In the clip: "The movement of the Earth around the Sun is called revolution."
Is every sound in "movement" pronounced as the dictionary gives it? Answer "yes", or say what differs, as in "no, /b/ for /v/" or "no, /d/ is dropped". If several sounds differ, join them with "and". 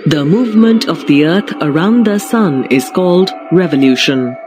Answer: yes